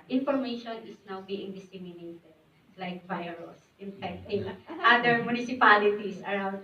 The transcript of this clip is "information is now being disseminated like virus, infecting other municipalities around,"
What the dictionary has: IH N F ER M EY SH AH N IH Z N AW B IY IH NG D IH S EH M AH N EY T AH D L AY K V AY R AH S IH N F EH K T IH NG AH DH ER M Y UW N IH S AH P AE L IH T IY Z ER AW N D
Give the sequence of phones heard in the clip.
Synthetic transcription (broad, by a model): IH N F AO M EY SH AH N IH S N AW B IY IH NG D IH S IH M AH N EY T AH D L AY K V AY R AH S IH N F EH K T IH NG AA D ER M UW N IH S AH P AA L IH T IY S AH AW N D